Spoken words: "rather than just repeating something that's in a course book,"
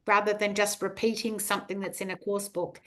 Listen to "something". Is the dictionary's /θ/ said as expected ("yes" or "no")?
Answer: yes